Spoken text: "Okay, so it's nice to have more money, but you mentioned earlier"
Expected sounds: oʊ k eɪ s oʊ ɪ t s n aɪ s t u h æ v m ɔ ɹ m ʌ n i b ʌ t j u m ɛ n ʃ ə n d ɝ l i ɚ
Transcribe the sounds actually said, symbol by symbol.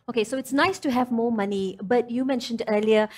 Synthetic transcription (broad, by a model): oʊ k eɪ s oʊ ɪ t s n aɪ s t u h æ v m ɔ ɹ m ʌ n i b ʌ t j u m ɛ n ʃ ə n d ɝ l i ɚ